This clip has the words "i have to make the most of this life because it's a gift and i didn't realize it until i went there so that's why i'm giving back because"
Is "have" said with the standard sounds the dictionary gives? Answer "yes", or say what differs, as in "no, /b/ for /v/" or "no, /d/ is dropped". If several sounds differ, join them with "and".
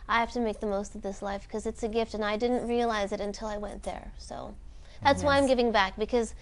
no, /f/ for /v/